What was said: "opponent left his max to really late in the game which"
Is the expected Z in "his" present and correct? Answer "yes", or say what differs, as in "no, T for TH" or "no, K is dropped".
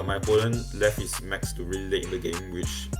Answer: no, S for Z